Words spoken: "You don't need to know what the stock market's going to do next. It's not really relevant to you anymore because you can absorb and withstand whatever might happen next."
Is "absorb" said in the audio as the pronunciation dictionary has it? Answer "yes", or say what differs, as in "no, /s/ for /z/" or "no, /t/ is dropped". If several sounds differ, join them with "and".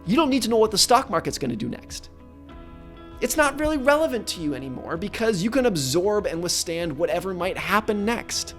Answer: yes